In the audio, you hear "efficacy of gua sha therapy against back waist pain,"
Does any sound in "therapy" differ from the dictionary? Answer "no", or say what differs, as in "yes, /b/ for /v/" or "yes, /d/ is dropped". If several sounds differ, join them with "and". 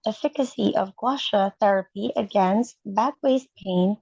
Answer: no